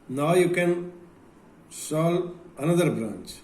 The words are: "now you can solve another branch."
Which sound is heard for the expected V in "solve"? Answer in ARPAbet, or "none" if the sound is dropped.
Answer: none